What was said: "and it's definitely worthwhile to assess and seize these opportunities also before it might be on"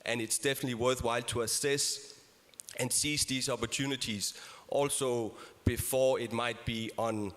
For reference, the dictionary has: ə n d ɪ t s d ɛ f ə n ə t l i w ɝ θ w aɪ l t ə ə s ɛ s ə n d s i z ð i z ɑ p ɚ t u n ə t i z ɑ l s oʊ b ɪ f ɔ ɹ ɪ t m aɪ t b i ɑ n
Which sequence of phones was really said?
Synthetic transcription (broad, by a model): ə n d ɪ t s d ɛ f ə n ə t l i w ɝ θ w aɪ l t ə ə s ɛ s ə n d s i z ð i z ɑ p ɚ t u n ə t i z ɑ l s oʊ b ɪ f ɔ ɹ ɪ t m aɪ t b i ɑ n